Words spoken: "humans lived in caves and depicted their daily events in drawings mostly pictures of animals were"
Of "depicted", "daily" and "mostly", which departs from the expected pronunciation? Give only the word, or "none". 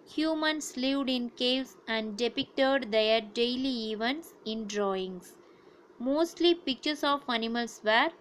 none